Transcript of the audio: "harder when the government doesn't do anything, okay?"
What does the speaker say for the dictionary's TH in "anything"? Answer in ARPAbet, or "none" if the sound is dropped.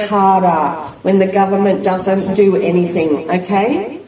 TH